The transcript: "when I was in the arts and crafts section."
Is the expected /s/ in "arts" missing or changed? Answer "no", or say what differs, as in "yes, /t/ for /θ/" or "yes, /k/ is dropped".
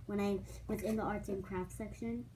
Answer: yes, /s/ is dropped